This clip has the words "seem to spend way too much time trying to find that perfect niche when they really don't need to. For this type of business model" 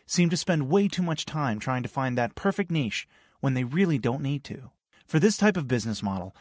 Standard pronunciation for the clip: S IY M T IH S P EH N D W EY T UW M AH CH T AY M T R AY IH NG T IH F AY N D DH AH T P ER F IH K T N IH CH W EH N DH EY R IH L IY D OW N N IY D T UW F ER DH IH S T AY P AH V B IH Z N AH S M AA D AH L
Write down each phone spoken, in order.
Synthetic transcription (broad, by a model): S IY M T IH S P EH N D W EY T UW M AH CH T AY M T R AY IH NG T IH F AY N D DH AH T P ER F IH K T N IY SH W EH N DH EY R IH L IY D OW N N IY D T UW F ER DH IH S T AY P AH V B IH Z N AH S M AA D L